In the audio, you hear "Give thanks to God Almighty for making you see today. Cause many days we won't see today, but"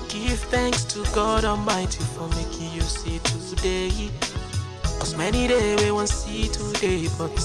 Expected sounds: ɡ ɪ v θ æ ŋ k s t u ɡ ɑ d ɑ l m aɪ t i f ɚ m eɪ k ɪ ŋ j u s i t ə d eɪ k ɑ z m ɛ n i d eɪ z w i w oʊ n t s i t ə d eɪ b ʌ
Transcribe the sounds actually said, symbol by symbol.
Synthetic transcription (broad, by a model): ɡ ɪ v θ æ ŋ k s t u ɡ ɑ d ɑ l m aɪ t i f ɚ m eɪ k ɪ j u s i t ə d eɪ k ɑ m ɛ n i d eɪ w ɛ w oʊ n s i t ə d eɪ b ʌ